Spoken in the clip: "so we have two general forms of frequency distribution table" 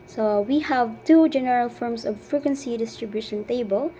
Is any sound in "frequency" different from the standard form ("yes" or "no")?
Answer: no